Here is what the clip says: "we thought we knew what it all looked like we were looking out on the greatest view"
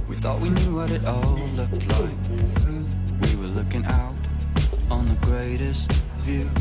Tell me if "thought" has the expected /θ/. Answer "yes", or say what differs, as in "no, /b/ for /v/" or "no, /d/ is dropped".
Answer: yes